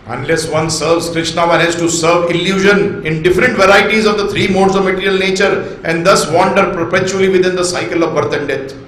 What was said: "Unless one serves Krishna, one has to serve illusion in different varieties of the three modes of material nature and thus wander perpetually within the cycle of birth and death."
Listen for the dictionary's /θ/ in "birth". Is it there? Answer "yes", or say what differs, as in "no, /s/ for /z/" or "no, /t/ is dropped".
no, /t/ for /θ/